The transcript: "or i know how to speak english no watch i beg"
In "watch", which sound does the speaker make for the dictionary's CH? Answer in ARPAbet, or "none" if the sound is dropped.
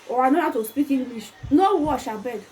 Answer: SH